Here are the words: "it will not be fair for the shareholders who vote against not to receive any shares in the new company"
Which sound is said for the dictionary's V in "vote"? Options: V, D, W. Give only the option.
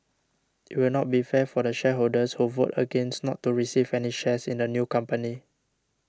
V